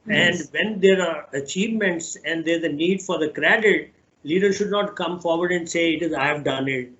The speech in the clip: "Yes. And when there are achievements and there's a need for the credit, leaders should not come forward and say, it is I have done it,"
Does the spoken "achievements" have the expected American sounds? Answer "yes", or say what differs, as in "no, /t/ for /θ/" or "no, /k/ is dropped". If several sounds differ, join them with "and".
yes